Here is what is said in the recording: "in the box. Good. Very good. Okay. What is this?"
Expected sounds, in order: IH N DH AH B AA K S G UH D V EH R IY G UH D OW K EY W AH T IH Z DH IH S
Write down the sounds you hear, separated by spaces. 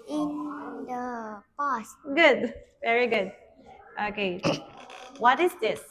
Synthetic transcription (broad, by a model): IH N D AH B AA S G UH D V EH R IY G UH D OW K EY W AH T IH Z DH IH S